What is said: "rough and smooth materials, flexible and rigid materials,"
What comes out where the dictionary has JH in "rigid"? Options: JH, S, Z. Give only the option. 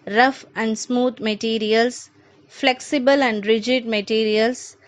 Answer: JH